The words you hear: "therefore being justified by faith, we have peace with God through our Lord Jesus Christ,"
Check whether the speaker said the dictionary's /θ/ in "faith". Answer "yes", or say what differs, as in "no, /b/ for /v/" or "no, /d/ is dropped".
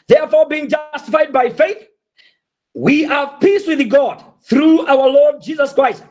yes